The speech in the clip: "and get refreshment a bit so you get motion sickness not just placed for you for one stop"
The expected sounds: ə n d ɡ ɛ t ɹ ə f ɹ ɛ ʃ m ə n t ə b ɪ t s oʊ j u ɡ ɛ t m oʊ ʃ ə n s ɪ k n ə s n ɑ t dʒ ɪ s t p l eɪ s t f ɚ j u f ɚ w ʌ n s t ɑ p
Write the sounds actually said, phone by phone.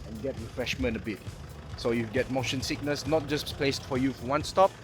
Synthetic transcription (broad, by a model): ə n ɡ ɛ t ɹ ə f ɹ ɛ ʃ m ə n t ə b ɪ t s oʊ j u ɡ ɛ t m oʊ ʃ ə n s ɪ k n ə s n ɑ t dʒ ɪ s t p l eɪ s t f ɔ j u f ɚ w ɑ n s t ɑ p